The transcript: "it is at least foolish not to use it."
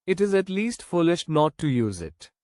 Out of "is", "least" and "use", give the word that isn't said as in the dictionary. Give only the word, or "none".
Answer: none